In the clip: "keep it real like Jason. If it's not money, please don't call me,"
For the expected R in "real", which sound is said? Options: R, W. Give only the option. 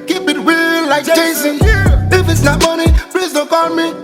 W